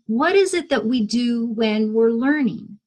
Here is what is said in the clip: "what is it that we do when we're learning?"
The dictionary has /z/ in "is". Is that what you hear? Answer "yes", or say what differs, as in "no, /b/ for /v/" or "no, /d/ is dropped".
yes